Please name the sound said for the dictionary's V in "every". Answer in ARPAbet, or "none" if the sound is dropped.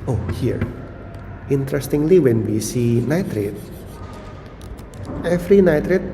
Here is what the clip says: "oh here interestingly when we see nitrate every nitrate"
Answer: F